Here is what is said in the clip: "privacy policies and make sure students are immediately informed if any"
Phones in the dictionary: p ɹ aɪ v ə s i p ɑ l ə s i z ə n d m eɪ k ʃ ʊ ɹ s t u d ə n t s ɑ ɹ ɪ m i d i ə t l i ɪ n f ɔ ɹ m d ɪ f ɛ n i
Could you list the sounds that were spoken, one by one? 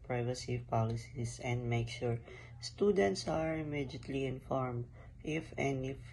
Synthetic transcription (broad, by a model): p ɹ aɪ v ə s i p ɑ l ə s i s ə n d m eɪ k ʃ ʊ ɹ s t u d ə n t s ɑ ɹ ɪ m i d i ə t l i ɪ n f ɔ ɹ m d ɪ f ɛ n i